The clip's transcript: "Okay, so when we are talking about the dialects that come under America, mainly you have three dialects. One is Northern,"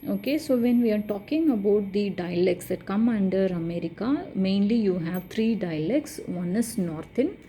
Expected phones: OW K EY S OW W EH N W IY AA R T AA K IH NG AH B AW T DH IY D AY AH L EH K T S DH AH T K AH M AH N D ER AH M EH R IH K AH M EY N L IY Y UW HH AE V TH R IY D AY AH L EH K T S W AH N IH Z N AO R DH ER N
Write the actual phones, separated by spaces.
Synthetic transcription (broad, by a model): OW K EY S OW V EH N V IY AA R T AA K IH NG AH B AW T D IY D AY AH L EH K S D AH T K AH M AH N D ER AH M EH R IH K AH M EY N L IY Y UW HH AE V T R IY D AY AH L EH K S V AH N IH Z N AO R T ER N